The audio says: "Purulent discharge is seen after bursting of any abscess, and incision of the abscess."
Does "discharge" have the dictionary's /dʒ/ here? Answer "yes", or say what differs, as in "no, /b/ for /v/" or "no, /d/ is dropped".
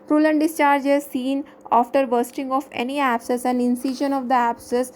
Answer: yes